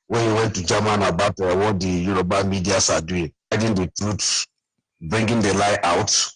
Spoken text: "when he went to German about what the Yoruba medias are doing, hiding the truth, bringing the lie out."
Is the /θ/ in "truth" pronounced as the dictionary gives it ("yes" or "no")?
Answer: no